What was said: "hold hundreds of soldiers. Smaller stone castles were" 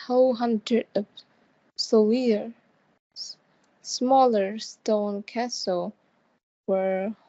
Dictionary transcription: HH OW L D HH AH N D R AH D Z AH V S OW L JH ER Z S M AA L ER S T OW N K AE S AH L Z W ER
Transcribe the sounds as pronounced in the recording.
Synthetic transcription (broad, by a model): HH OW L HH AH N D R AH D AH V S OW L IY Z S M AA L ER S T OW N K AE S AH L W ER